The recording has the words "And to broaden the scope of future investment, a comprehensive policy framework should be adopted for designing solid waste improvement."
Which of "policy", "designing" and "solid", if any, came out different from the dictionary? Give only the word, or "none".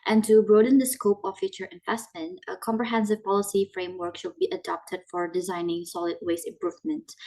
none